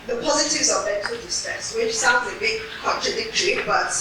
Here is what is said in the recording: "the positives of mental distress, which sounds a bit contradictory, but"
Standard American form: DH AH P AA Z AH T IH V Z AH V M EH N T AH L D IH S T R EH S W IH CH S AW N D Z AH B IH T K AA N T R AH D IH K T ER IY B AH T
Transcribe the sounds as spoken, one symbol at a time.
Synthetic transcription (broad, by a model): DH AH P AA Z AH T IH V Z AH V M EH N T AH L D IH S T EH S W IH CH S AW N D Z AH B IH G K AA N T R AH D IH K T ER IY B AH T